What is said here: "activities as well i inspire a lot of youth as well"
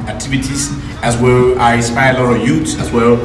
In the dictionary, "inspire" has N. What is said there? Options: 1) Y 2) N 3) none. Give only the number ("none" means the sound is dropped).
3